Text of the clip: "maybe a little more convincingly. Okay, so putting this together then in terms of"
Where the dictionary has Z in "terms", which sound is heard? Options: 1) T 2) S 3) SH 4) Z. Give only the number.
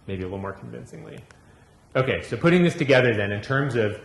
4